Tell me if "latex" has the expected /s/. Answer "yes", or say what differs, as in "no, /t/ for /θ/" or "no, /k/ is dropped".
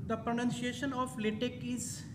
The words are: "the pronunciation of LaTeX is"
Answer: no, /s/ is dropped